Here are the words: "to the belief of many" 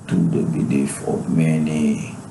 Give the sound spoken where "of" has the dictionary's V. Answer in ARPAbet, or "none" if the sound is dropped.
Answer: P